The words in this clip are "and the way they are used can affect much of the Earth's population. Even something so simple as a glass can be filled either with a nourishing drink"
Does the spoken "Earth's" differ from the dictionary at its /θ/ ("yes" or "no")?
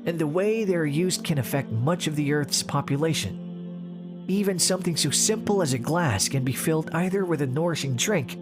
no